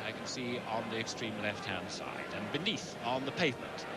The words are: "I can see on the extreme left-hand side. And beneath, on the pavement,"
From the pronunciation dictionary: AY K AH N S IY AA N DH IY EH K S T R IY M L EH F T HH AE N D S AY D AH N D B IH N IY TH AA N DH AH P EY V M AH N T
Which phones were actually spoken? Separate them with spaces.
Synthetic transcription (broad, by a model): AY K AH N S IY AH N DH IY EH K S T R IY M L EH F T HH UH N S AY D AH N B IH N IY TH N DH AH P EY V M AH N T